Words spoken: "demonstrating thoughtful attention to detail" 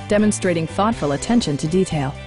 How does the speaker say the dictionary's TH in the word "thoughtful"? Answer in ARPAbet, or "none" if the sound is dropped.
TH